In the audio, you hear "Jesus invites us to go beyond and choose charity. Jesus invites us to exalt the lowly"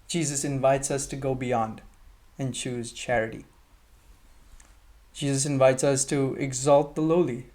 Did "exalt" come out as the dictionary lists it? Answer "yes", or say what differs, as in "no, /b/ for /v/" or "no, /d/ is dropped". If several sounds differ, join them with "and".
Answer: yes